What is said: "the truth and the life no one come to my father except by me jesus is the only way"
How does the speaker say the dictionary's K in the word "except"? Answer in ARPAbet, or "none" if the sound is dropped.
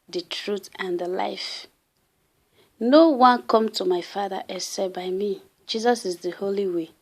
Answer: none